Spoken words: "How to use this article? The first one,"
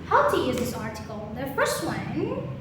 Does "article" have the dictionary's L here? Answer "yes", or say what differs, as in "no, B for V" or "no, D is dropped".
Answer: no, N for L